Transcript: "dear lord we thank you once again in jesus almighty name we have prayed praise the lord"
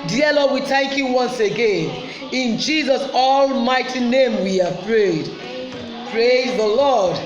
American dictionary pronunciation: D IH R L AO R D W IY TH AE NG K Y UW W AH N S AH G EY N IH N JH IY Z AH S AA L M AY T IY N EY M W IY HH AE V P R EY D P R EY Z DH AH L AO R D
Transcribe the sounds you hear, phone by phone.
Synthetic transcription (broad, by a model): D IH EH L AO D W IY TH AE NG K Y UW W AH N S AH G EY N IH N JH IY Z AH S AA L M AY T IY N EY M W IY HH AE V P R EY D P R EY Z DH AH L AO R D